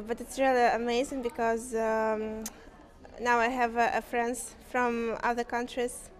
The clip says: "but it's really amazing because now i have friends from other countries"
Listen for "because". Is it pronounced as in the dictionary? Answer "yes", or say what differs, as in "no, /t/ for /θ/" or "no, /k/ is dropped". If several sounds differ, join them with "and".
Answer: yes